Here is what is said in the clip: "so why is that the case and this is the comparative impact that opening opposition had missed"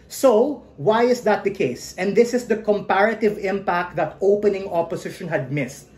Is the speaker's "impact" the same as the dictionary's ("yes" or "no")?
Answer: yes